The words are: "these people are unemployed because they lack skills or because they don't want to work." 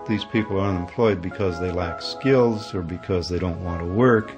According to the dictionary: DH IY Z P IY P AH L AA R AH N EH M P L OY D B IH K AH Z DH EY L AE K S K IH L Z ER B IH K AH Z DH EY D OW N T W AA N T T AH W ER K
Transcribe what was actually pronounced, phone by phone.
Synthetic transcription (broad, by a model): DH IY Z P IY P L AA R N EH M P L OY D B IH K AH Z DH EY L AE K S K IH L Z ER B IH K AH Z DH EY D OW N T W AA N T T AH W ER K